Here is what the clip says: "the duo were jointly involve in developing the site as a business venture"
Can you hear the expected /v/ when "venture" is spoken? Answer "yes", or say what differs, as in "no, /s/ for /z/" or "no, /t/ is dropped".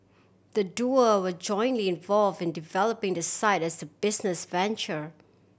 yes